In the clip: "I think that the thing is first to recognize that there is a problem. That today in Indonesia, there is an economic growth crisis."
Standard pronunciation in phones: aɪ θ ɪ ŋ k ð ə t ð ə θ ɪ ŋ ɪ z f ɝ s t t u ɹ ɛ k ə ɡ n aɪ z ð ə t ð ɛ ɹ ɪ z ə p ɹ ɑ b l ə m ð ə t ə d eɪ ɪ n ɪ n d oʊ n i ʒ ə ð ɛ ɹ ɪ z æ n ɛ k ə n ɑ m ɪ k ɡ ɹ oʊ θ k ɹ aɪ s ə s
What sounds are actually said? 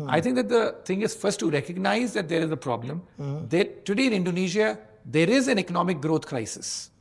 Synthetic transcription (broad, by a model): aɪ t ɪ ŋ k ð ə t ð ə t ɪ ŋ ɪ z f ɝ s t t u ɹ ɛ k ə ɡ n aɪ z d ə t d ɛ ɹ ɪ z ə p ɹ ɑ b l ə m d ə t ə d eɪ ɪ n ɪ n d oʊ n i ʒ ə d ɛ ɹ ɪ z æ n ɛ k ə n ɑ m ɪ k ɡ ɹ oʊ t k ɹ aɪ s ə s